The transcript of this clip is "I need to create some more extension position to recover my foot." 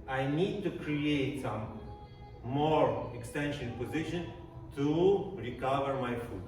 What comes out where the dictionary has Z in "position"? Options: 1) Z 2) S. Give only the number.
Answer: 1